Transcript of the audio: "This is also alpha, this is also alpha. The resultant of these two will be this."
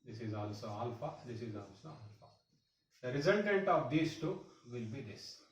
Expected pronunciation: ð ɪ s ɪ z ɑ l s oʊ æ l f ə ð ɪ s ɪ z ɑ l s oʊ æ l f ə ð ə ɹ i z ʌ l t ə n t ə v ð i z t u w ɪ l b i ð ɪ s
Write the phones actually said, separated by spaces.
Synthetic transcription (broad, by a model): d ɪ s ɪ z ɑ l s oʊ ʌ l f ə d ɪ s ɪ z ɑ l s oʊ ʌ l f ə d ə ɹ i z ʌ n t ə n t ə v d i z t u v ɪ l b i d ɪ s